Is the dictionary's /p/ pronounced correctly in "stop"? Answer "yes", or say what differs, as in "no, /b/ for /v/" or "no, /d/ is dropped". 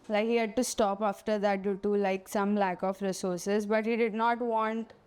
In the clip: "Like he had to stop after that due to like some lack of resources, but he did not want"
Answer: yes